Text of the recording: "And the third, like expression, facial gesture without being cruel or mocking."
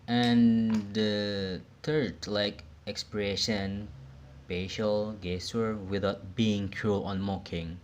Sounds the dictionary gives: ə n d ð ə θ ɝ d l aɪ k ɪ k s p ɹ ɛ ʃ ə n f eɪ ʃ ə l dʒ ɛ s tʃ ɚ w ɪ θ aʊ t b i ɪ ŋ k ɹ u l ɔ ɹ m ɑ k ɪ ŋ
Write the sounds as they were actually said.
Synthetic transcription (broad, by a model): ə n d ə t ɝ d l aɪ k ɪ k s p ɹ ɛ ʃ ə n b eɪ ʃ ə l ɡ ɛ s ɚ w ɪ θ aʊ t b i ɪ ŋ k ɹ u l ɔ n m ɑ k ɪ ŋ